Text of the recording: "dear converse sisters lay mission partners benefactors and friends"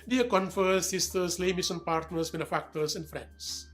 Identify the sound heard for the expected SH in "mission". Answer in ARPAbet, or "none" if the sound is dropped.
S